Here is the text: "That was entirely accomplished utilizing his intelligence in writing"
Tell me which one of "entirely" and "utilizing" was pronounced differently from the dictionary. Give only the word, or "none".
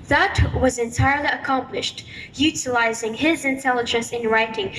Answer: none